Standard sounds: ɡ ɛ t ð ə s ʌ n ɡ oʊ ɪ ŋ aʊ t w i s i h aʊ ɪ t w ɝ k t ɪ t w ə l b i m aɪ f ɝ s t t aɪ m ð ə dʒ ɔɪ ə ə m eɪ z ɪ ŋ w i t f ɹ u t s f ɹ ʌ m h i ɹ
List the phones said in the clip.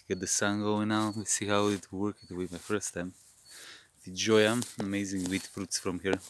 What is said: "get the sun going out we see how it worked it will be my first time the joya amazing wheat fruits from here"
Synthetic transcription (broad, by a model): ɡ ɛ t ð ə s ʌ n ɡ oʊ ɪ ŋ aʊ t w i s i h aʊ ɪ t w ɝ k ɪ t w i m aɪ f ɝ s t t aɪ m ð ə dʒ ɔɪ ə ə m eɪ z ɪ ŋ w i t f ɹ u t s f ɹ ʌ m h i ɹ